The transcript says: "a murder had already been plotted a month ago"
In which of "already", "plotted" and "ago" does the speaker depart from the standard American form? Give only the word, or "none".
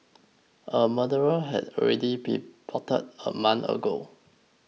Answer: plotted